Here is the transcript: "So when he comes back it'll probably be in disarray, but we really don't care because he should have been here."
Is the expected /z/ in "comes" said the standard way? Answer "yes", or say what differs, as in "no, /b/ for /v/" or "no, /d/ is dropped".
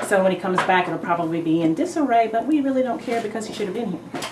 yes